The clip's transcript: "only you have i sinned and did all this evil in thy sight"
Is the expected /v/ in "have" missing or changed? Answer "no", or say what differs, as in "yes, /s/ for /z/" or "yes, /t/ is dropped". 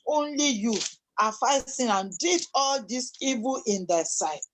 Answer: yes, /f/ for /v/